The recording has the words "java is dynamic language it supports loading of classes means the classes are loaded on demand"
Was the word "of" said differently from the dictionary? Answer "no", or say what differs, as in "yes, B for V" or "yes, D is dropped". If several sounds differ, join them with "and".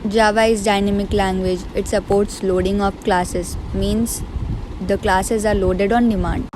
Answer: yes, P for V